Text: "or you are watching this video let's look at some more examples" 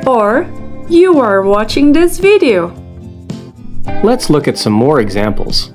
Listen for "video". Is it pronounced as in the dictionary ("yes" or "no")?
yes